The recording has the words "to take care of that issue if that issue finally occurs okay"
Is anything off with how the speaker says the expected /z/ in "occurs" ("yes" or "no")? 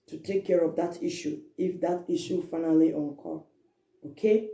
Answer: yes